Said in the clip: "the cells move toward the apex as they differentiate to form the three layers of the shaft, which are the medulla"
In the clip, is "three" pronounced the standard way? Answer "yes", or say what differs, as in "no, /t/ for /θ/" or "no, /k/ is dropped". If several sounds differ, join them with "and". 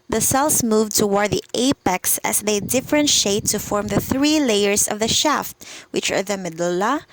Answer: yes